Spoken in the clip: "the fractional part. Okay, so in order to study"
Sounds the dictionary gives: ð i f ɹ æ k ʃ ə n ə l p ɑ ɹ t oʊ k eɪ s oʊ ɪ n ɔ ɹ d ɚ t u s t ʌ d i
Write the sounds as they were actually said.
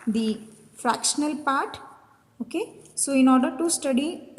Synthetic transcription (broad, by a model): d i f ɹ æ k ʃ ə n ə l p ɑ ɹ t oʊ k eɪ s oʊ ɪ n ɔ ɹ d ɚ t u s t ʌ d i